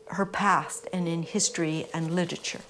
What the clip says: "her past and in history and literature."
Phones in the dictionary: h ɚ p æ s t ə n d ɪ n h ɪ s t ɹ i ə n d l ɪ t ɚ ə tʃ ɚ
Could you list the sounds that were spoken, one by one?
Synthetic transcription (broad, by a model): h ɚ p æ s t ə n ɪ n h ɪ s t ɹ i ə n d l ɪ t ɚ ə tʃ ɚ